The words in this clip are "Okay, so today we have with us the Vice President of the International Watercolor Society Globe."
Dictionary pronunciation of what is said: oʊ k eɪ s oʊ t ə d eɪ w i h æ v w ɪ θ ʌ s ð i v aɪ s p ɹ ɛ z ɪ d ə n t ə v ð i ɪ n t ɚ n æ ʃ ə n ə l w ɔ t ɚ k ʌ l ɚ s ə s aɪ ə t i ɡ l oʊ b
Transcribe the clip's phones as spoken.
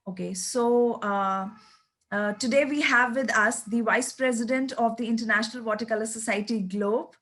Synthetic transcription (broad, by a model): oʊ k eɪ s oʊ t ə d eɪ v i h æ v ɪ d ʌ s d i v aɪ s p ɹ ɛ z ɪ d ə n t ə v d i ɪ n t ɚ n æ ʃ ə n ə l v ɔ t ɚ k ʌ l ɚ s ə s aɪ ə t i ɡ l oʊ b